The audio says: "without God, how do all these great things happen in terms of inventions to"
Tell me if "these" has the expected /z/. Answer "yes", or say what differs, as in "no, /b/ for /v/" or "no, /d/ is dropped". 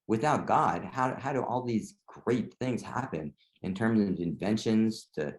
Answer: yes